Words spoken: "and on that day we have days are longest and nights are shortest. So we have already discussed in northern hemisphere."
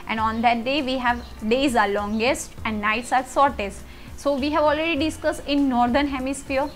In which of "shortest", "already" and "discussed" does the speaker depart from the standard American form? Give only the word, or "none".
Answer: shortest